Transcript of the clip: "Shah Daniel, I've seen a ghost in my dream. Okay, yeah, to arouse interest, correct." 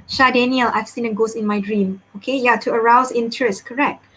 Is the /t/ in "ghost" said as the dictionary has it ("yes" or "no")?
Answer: no